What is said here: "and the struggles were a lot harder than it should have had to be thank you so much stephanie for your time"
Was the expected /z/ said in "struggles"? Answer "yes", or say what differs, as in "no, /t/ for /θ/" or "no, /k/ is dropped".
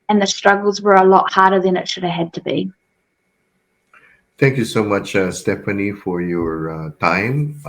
yes